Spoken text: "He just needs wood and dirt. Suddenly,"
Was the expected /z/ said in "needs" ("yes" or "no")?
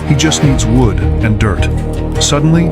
yes